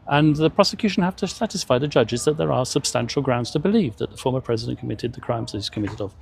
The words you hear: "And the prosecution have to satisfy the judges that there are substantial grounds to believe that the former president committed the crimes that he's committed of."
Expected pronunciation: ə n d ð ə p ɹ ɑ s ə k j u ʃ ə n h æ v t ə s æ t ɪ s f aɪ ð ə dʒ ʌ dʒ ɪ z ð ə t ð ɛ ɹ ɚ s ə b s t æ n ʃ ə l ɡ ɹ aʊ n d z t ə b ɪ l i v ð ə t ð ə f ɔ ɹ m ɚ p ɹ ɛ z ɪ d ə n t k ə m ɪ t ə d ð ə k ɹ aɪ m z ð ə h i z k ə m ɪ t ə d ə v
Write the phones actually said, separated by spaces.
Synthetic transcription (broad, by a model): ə n ð ə p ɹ ɑ s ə k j u ʃ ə n h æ f t ə s æ t ɪ s f aɪ ð ə dʒ ʌ dʒ ɪ z ð ə t ð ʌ ɹ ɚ s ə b s t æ n ʃ l ɡ ɹ aʊ n d z t ə b ɪ l i v ð ə t ð ə f ɔ ɹ m ɚ p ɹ ɛ z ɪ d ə n k ə m ɪ t ə d ð ə k ɹ aɪ m z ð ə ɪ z k ə m ɪ t ə d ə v